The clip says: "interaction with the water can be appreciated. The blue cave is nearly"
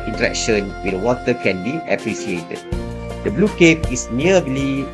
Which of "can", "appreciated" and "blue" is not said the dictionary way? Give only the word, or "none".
appreciated